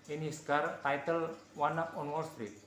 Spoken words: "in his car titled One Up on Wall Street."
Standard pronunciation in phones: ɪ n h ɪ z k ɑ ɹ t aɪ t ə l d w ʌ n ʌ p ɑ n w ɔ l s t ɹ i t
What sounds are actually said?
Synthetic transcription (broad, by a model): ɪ n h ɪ s k ɑ ɹ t aɪ t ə l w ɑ n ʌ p ɑ n w ɔ l s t ɹ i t